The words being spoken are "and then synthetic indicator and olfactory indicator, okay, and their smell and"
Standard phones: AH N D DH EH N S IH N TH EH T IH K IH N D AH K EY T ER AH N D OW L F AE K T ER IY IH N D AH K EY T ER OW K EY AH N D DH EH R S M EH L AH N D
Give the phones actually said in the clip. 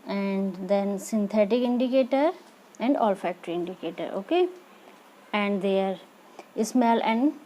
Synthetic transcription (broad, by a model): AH N D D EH N S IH N T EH T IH K IH N D AH K EY T ER AH N D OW L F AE K T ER IY IH N D AH K EY T ER OW K EY AH N D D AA R S M EH L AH N D